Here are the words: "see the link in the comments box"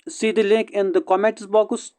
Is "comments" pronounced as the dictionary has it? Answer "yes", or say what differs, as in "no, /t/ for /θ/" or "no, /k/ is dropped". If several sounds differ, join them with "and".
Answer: no, /n/ is dropped